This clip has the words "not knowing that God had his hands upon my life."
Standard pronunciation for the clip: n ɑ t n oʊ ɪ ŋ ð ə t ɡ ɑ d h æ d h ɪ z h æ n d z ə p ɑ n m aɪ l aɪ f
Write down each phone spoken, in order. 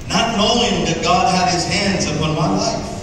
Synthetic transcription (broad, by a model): n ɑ t n oʊ ɪ ŋ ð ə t ɡ ɑ d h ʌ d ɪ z h æ n d z ə p ɑ n m aɪ l aɪ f